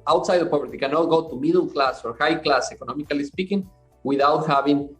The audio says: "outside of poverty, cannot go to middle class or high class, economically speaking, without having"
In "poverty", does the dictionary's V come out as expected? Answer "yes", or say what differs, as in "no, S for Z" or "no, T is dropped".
no, B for V